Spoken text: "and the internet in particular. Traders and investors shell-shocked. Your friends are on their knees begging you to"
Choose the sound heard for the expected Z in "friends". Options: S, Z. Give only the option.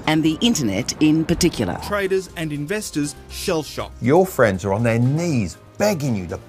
Z